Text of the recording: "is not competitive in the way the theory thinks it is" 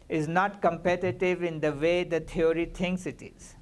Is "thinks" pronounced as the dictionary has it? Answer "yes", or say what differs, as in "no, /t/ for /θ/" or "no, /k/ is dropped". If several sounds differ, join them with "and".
no, /t/ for /θ/